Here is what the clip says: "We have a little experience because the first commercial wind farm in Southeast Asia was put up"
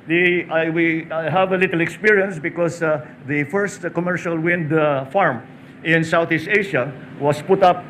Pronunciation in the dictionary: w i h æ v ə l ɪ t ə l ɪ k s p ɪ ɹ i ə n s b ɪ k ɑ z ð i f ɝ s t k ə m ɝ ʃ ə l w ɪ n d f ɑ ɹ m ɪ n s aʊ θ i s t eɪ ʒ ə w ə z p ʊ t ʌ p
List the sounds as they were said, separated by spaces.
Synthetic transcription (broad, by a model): w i h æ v ə l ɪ t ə l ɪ k s p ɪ ɹ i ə n s b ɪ k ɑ s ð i f ɝ s t k ə m ɝ ʃ ə l w ɪ n d f ɑ ɹ m ɪ n s aʊ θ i s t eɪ ʃ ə w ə s p ʊ t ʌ p